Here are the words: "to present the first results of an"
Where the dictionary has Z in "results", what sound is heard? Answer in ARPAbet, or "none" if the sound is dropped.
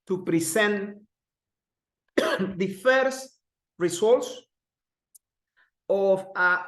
S